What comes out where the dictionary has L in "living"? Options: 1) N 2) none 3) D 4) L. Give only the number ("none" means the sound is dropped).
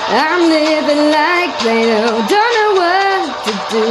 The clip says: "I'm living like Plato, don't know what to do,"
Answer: 1